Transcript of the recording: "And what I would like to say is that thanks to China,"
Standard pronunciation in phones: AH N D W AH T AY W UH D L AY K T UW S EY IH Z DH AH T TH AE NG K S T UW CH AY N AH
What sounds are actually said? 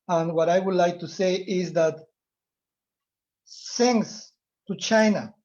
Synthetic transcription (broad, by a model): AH N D W AH T AY W UH D L AY K T UW S EY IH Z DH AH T S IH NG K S T UW CH AY N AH